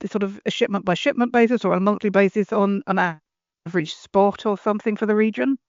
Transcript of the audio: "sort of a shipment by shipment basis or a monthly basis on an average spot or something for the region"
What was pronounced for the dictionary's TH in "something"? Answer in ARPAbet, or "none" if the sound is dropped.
TH